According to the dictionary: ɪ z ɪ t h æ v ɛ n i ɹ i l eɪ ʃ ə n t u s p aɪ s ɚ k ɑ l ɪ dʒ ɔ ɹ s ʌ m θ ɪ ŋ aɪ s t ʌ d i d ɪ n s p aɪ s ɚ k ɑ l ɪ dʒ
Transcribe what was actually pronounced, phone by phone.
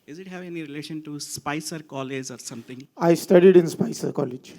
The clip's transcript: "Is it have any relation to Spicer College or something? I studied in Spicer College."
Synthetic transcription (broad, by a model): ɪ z ɪ t h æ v ɛ n i ɹ i l eɪ ʃ ə n t u s p aɪ s ɚ k ɑ l ɪ dʒ ɔ ɹ s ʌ m t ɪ ŋ aɪ s t ʌ d i d ɪ n s p aɪ s ɚ k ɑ l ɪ dʒ